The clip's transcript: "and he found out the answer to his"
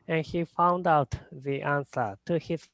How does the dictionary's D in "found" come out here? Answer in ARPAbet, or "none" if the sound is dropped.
D